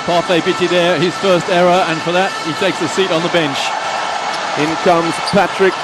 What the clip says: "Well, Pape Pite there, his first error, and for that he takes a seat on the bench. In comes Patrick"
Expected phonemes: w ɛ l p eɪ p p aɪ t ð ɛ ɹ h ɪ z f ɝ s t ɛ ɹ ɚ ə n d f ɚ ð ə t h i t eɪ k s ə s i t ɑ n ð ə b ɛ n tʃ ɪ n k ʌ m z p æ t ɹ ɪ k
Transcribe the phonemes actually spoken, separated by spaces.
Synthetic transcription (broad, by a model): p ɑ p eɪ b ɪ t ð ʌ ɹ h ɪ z f ɝ s t ɛ ɹ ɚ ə n f ɚ ð ə t h i t eɪ k s ə s i t n ð ə b ɛ n tʃ ɪ n k ʌ m z p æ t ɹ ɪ k